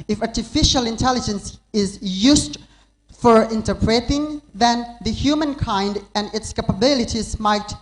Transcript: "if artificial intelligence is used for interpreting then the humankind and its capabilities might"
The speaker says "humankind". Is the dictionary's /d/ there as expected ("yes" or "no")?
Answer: yes